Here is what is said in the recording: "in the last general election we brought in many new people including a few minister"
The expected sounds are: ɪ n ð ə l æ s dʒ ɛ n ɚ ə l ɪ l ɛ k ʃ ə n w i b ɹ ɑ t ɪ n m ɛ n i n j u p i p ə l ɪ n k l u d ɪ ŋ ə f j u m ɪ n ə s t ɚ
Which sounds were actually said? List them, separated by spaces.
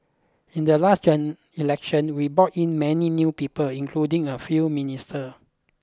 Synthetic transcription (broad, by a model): ɪ n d ə l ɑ s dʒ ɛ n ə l l ɛ k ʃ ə n w i b ɑ t ɪ n m ɛ n i n j u p i p ə l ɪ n k l u d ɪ ŋ ə f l m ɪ n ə s t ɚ